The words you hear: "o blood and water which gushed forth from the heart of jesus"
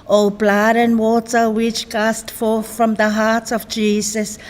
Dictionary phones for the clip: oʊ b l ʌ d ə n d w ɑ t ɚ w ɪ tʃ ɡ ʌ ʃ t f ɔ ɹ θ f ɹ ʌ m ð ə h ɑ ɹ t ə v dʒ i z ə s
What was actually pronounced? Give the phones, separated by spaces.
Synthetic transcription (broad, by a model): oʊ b l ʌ d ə n w ɑ t ɚ w ɪ tʃ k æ s t f ɔ ɹ θ f ɹ ʌ m ð ə h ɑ ɹ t ə v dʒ i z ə s